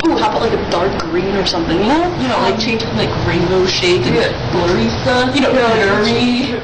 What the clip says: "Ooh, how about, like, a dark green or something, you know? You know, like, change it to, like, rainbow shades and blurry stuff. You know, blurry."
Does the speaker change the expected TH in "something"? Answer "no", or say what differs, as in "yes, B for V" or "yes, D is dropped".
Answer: no